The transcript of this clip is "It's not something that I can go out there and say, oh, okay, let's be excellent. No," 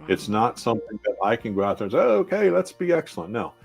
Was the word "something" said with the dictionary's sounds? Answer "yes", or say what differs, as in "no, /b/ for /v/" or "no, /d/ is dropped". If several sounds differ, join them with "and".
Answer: yes